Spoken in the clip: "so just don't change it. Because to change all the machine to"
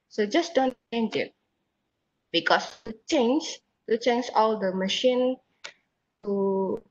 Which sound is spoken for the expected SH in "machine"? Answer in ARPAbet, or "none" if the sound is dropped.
SH